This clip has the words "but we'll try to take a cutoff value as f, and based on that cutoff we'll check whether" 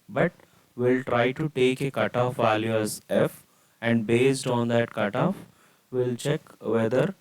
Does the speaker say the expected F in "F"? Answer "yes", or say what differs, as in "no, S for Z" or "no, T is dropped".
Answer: yes